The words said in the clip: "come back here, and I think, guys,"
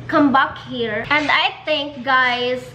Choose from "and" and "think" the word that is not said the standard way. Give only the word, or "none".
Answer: think